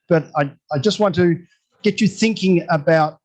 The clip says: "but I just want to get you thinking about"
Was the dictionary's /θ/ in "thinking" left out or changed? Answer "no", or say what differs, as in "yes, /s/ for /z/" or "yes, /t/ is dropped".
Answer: no